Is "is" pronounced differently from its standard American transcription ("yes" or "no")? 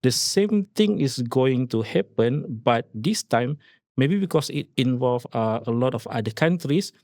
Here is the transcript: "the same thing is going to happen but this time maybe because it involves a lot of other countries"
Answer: yes